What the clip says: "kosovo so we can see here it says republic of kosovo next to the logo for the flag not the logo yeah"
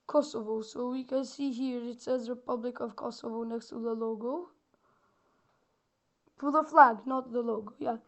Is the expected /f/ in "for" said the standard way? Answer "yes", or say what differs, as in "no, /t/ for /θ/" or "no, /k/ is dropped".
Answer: no, /p/ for /f/